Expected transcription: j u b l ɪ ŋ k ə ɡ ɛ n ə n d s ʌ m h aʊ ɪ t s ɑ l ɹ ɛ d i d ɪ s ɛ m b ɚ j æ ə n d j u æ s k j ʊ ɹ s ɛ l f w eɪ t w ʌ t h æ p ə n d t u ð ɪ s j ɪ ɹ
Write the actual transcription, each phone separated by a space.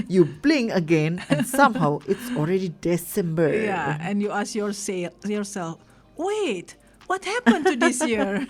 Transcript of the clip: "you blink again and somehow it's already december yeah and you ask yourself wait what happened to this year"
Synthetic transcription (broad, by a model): j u b l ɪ ŋ ə ɡ ɛ n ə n s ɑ m h aʊ ɪ t s ɑ l ɹ ɛ d i d ɪ s ɛ m b ɚ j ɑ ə n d j u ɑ s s j ʊ ɹ s ɛ l f w eɪ t w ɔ t h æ p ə n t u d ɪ s j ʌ ɹ